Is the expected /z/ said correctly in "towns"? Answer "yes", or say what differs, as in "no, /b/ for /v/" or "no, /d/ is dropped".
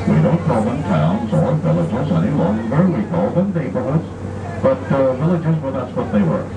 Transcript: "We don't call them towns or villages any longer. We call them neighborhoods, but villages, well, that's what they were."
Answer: yes